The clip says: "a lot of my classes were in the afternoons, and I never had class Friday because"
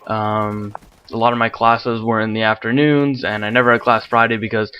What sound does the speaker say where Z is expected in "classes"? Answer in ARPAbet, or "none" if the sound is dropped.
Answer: Z